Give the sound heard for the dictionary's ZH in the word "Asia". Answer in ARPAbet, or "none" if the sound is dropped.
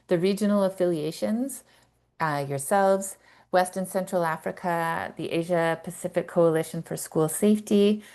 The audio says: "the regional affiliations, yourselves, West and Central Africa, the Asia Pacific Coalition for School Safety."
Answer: ZH